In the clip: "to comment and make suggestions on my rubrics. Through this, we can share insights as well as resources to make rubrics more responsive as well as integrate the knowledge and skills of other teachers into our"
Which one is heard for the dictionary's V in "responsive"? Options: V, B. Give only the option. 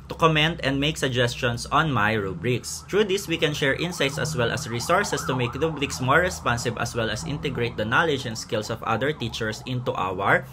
B